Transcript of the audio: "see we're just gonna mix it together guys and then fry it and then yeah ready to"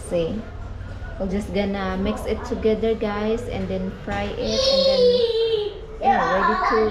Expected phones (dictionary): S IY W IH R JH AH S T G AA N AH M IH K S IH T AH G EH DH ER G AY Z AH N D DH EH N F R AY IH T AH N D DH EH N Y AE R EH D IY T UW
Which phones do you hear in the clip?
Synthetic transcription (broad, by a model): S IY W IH L JH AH S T G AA N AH M IH K S IH T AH G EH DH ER G AY S AH N D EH N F R AY IH T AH N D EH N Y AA R EH D IY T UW